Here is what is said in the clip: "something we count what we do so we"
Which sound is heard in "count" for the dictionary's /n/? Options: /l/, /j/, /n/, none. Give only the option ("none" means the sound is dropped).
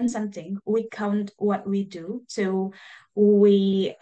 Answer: /n/